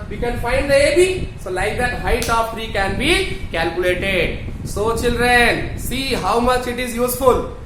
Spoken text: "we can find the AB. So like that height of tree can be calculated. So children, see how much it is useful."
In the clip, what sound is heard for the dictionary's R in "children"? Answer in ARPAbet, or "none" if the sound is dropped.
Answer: R